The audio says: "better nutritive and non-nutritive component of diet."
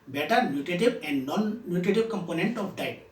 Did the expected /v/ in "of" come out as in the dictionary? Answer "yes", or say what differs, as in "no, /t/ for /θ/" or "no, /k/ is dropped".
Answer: no, /p/ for /v/